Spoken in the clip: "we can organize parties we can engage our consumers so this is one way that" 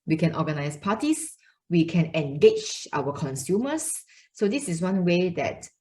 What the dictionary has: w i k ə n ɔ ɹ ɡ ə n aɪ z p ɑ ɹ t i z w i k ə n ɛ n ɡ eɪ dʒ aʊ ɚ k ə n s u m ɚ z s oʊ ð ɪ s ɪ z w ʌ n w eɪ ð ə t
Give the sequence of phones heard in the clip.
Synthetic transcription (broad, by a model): w i k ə n ɔ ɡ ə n aɪ s p ɑ t i s w i k ə n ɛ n ɡ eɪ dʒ aʊ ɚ k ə n s u m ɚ s oʊ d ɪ s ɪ s w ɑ n w eɪ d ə t